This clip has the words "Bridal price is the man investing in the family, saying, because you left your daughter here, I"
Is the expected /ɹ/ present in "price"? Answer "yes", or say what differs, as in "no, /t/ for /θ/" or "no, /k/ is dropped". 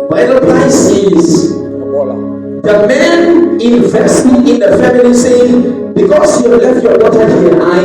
no, /l/ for /ɹ/